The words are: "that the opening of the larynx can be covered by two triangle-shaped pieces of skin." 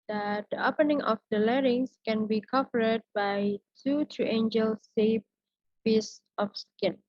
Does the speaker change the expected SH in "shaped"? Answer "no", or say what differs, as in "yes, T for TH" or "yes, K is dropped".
yes, S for SH